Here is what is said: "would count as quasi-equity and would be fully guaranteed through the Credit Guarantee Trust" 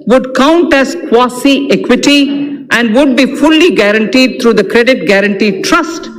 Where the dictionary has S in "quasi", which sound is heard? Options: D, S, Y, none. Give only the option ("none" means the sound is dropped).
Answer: S